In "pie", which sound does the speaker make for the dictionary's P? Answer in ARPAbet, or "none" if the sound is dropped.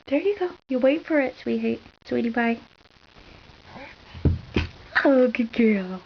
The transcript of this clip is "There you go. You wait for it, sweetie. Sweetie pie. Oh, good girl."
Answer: B